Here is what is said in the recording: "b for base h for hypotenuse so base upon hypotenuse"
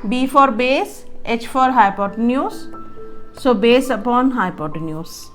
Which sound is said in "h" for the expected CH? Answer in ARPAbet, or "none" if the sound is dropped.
CH